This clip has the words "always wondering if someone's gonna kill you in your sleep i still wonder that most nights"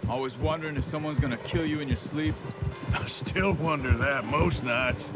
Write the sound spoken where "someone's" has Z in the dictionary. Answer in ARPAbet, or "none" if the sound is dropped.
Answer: Z